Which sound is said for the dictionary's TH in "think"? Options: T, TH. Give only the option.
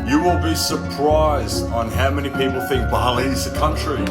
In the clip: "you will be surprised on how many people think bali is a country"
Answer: TH